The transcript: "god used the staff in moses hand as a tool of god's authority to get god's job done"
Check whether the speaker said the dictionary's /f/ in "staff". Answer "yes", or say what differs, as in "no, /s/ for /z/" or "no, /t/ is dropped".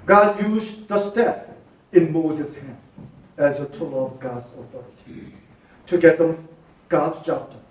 no, /p/ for /f/